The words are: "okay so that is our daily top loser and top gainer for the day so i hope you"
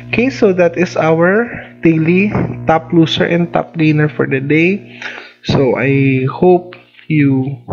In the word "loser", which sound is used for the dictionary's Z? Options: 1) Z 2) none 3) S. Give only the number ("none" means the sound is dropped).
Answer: 3